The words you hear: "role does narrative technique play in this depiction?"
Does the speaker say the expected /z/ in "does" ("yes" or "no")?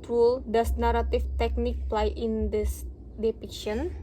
no